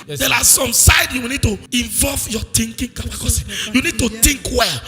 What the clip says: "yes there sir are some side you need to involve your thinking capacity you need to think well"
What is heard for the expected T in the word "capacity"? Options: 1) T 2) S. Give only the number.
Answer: 2